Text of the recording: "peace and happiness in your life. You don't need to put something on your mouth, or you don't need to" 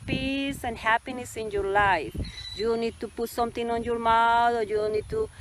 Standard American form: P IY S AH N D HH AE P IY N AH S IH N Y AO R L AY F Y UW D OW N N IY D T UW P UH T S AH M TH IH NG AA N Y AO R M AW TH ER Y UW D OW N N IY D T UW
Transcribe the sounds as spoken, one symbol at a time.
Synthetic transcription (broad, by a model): P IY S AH N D HH AE P IY N AH S IH N Y AO R L AY F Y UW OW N N IY D T UW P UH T S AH M T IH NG AA N Y AO R M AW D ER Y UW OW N N IY D T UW